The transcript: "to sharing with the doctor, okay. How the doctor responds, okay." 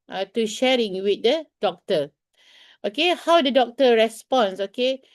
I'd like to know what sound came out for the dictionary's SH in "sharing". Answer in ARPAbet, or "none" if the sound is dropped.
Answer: SH